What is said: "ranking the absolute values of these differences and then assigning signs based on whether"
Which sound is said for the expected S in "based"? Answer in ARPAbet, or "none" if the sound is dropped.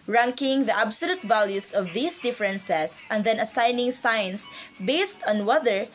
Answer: S